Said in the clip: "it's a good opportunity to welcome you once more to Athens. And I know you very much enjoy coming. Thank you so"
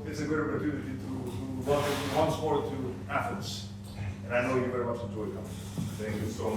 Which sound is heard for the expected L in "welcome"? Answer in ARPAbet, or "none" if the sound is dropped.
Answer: none